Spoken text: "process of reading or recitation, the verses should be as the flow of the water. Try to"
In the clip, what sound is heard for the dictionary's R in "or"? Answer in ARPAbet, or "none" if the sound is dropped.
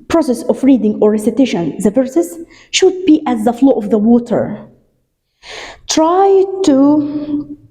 R